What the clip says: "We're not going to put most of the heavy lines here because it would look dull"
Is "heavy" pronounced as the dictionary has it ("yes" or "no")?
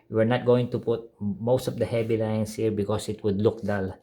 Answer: no